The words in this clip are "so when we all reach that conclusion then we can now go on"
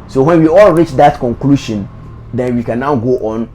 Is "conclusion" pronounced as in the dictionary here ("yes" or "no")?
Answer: no